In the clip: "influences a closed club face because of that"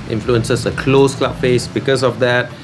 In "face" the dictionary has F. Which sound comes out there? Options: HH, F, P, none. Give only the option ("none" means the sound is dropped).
F